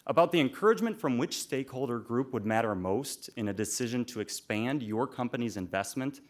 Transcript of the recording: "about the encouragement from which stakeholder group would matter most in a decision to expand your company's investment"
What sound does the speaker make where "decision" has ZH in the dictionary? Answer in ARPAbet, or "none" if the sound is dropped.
ZH